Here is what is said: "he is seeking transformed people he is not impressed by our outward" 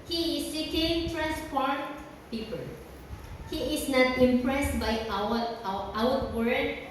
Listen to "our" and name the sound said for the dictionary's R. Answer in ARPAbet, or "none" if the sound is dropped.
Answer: W